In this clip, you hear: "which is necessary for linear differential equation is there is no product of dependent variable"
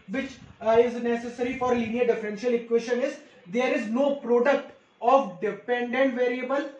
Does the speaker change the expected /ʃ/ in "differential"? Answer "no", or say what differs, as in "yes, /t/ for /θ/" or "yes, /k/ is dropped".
no